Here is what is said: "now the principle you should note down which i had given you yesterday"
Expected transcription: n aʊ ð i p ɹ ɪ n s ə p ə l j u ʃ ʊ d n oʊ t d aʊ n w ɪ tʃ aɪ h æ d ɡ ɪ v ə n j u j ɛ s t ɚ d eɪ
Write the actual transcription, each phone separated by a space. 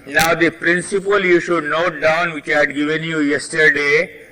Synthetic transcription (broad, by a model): n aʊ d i p ɹ ɪ n s ə p ə l j u ʃ ʊ d n oʊ t d aʊ n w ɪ tʃ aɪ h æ d ɡ ɪ v ə n j u j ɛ s t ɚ d eɪ